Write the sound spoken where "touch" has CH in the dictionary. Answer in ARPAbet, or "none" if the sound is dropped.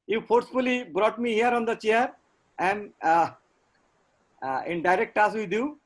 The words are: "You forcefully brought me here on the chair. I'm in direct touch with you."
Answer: S